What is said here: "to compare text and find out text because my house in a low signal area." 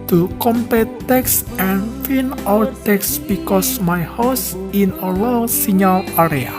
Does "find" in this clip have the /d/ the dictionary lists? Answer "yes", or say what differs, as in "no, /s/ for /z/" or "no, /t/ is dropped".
no, /d/ is dropped